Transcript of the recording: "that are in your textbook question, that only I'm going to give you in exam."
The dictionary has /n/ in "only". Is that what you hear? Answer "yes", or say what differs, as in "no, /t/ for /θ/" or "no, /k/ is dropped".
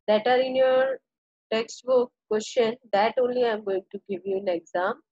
yes